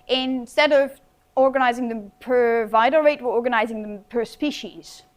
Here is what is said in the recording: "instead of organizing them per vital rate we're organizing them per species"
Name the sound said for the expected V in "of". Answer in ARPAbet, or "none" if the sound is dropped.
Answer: V